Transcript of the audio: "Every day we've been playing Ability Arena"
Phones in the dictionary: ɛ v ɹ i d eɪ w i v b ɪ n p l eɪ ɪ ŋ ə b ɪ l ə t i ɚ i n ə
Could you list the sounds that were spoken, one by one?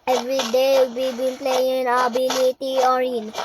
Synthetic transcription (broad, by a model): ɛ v ɹ i d eɪ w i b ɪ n p l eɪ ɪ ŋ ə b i n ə t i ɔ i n